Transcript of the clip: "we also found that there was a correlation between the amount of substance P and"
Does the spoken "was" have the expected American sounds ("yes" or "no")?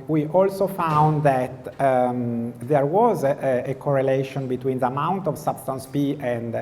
yes